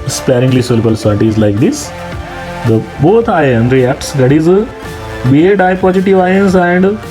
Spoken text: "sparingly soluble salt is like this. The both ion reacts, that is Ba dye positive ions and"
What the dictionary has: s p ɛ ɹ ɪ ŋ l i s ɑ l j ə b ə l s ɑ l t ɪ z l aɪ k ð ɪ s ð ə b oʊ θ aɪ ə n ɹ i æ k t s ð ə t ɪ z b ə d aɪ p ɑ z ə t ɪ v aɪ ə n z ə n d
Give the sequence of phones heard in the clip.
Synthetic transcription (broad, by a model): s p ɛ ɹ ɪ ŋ l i s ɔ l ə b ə l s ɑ t ɪ z l aɪ k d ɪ s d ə b oʊ t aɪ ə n ɹ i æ k t s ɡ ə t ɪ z b ə d aɪ p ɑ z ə t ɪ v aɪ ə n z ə n d